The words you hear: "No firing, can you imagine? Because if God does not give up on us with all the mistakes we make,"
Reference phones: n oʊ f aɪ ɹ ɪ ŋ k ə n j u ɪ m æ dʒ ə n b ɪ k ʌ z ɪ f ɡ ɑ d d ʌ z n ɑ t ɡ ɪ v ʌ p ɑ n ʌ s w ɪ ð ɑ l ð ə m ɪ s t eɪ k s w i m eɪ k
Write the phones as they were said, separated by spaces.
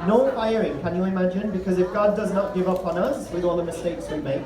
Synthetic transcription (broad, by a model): n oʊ f aɪ ɹ ɪ ŋ k ə n j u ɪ m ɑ dʒ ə n b ɪ k ʌ z ɪ f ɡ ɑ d d ʌ z n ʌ t ɡ ɪ v ʌ p n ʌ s w ɪ ð ɑ l ð ə m ɪ s t eɪ k s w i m eɪ k